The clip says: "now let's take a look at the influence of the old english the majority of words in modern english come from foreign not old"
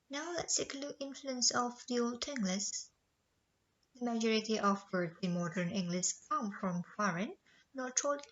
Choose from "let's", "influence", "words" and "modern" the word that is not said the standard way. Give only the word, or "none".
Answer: words